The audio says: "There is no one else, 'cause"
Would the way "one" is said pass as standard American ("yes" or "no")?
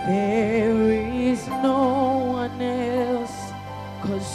yes